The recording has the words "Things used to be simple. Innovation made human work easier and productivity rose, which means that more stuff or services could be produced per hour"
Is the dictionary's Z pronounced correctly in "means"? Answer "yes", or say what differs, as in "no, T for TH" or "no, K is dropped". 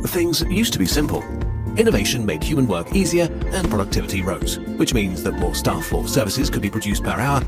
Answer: yes